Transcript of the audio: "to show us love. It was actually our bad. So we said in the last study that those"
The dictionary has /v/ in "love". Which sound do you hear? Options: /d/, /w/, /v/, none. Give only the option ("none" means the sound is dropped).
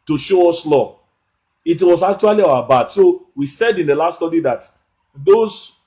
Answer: none